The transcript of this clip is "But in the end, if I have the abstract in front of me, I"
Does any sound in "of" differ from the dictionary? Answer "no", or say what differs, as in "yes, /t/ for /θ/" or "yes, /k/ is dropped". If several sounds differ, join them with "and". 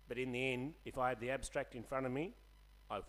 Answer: no